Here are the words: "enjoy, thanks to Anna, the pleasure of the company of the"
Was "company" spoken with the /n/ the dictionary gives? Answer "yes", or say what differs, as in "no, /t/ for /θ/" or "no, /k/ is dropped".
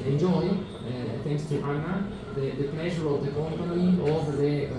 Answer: no, /n/ is dropped